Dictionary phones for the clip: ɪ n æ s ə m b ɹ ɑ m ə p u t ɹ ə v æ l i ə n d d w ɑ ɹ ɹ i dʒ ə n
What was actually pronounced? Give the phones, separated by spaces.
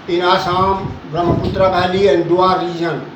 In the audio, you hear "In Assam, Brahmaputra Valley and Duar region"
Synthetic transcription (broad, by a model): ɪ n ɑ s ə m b ɹ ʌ m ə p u t ɹ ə b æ l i ə n d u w ɑ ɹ ɹ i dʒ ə n